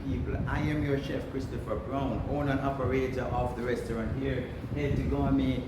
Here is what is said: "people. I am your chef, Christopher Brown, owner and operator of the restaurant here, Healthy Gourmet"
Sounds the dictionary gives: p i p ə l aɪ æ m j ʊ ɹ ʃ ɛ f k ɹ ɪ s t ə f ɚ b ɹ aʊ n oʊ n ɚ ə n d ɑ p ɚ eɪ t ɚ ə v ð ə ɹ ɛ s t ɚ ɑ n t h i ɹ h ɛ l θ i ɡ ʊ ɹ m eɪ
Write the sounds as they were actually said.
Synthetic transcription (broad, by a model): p i p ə l aɪ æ m j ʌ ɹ ʃ ɛ f k ɹ ɪ s t ə f ɚ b ɹ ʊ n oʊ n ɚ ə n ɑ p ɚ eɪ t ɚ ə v ð ə ɹ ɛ s t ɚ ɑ n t h i ɹ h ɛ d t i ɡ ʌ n m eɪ